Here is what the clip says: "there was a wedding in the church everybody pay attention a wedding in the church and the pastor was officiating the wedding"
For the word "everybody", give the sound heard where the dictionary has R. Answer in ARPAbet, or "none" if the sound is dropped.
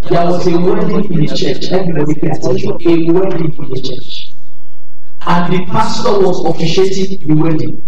none